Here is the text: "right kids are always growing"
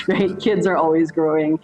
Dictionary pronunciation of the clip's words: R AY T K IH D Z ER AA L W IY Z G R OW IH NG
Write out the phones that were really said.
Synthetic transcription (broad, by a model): R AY T K IH D Z ER AA L W IY Z G R OW IH NG